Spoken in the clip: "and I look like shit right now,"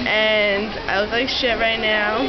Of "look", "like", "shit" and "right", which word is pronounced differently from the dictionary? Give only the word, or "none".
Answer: look